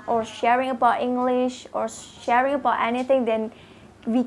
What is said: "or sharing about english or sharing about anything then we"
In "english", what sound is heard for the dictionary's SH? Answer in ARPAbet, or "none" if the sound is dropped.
SH